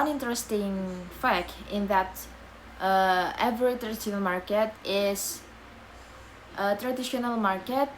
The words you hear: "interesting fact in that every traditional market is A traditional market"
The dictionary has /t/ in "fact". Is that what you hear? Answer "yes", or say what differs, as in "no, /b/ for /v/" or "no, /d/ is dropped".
no, /t/ is dropped